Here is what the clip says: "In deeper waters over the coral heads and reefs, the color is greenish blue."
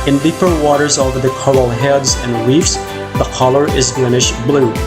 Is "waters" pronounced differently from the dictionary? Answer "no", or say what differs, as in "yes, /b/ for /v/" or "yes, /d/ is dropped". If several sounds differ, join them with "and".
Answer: no